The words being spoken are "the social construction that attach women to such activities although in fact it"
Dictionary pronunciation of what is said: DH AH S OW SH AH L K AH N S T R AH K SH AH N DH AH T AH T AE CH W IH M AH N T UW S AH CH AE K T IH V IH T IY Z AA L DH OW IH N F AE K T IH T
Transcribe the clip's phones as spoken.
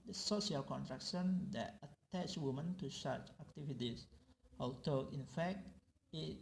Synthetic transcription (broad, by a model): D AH S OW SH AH L K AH N T R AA K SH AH N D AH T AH T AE CH W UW M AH N T UW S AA CH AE K T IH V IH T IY S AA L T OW IH N F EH K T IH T